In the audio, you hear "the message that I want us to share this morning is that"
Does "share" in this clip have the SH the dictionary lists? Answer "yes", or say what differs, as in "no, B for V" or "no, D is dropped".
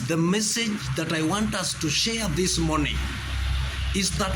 yes